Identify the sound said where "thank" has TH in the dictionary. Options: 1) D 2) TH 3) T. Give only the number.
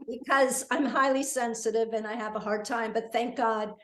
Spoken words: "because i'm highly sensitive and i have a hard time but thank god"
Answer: 2